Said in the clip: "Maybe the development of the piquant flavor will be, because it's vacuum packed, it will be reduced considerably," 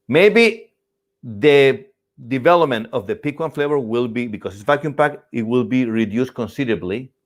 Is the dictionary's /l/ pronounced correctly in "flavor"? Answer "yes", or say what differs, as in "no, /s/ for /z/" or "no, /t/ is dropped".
yes